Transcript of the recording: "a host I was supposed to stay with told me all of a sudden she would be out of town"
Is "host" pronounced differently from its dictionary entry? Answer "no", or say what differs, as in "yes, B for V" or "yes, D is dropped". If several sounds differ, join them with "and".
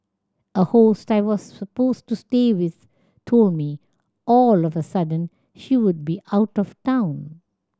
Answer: no